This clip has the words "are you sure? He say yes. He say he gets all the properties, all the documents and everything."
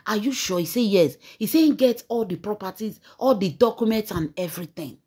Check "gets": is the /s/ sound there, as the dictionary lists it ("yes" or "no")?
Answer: no